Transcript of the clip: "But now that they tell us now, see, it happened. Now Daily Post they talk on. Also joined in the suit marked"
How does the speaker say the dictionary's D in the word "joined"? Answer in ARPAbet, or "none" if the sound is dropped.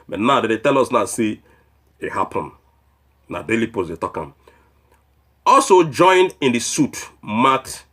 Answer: none